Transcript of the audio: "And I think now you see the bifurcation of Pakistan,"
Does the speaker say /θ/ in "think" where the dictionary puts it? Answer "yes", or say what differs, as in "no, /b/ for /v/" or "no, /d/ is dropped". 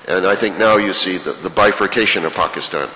yes